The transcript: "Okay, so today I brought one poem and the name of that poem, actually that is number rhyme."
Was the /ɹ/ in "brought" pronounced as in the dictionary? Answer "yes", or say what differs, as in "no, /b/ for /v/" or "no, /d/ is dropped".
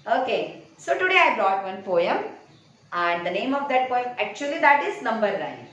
yes